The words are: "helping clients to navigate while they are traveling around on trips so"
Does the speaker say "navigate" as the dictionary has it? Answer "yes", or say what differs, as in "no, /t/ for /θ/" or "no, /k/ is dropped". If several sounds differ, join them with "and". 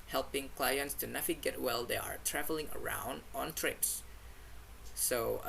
no, /f/ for /v/